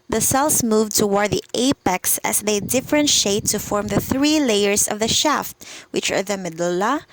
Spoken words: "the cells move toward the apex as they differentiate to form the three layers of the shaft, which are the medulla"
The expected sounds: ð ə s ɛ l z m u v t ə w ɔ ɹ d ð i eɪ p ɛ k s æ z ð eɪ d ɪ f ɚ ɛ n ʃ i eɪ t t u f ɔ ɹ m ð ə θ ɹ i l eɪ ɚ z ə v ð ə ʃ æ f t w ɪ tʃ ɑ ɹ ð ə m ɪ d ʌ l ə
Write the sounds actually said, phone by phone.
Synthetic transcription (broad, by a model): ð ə s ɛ l s m u v t ə w ɔ ɹ d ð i eɪ p ɛ k s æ s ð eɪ d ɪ f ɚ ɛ n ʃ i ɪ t t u f ɔ ɹ m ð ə θ ɹ i l eɪ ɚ s ə v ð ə ʃ æ f t w ɪ tʃ ɑ ɹ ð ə m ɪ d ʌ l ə